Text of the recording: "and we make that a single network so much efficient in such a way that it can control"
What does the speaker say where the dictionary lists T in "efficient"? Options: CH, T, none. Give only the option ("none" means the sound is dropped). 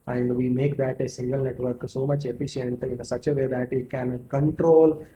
T